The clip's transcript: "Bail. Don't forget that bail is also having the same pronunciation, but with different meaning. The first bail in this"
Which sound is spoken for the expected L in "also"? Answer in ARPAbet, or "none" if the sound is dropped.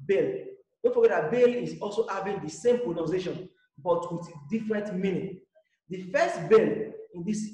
L